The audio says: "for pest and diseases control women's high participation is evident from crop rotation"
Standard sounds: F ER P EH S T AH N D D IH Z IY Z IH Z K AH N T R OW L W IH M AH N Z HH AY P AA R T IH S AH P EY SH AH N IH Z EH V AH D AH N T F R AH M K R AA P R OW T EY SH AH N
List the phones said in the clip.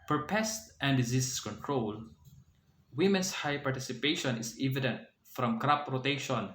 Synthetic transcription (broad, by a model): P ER P EH S T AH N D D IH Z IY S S K AH N T R OW L W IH M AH N S HH AY P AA R T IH S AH P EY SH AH N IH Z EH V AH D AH N T F R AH M K R AA P R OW T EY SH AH N